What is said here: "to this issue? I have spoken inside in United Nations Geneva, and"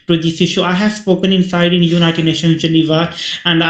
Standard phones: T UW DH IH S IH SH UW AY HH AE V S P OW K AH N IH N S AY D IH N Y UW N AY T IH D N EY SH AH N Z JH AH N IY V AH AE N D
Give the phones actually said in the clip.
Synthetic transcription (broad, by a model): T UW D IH S IH SH UW AY HH AE V S P OW K AH N IH N S AY D IH N Y UW N AY T IH D N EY SH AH N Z JH AH N IY V AH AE N D